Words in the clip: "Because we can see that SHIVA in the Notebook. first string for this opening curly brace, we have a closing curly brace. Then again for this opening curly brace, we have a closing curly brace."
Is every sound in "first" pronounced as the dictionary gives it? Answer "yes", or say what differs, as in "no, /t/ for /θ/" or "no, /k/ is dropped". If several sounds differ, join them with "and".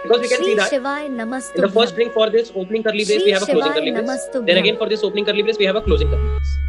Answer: no, /s/ is dropped